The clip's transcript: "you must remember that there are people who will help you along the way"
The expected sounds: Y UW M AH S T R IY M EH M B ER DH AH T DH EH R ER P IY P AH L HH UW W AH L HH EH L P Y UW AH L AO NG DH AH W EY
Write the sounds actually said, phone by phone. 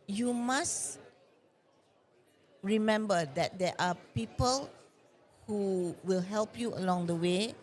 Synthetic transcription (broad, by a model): Y UW M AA S R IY M EH M B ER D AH T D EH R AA P IY P AH L HH UW W AH L HH EH L P Y UW AH L AO NG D AH W EY